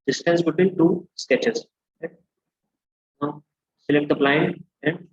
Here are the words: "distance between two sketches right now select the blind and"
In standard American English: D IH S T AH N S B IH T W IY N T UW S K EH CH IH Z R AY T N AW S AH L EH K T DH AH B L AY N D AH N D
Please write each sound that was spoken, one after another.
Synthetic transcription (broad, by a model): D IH S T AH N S B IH T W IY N T UW S K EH CH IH R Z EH S AH L EH K T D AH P L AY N AH N D